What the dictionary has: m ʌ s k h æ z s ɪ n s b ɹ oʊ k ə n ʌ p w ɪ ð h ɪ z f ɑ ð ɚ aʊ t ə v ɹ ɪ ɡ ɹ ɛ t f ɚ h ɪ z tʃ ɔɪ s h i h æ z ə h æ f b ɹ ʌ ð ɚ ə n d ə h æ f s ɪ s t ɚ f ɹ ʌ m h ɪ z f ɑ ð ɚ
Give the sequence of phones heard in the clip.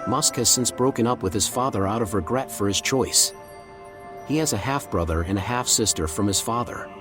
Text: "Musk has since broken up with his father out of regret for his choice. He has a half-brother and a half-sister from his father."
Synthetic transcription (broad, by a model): m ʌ s k h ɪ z s ɪ n s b ɹ oʊ k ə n ʌ p w ɪ ð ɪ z f ɑ ð ɚ aʊ t ə v ɹ ɪ ɡ ɹ ɛ t f ɚ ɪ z tʃ ɔɪ s h i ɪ z ə h æ f b ɹ ʌ ð ɚ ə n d ə h æ f s ɪ s t ɚ f ɹ ʌ m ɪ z f ɑ ð ɚ